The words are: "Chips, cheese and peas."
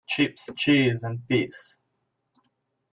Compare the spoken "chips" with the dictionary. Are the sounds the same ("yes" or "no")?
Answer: yes